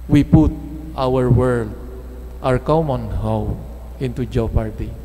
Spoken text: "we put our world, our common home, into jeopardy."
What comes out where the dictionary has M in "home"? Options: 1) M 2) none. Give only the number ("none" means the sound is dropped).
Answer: 2